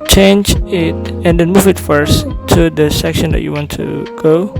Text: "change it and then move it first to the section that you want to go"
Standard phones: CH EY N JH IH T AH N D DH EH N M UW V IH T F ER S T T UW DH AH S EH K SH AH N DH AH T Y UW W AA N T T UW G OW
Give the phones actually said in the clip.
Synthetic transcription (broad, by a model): CH EY N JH IH T AH N D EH N M UW V IH T F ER S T T UW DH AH S EH K SH AH N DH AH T Y UW W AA N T T UW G OW